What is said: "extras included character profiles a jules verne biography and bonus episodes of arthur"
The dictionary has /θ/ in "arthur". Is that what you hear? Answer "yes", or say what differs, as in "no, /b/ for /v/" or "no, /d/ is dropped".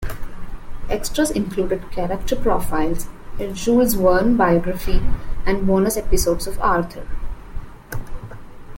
no, /t/ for /θ/